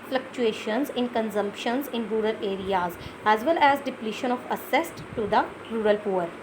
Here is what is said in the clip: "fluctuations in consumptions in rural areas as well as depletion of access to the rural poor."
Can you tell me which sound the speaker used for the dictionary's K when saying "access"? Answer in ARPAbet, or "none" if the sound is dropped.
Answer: none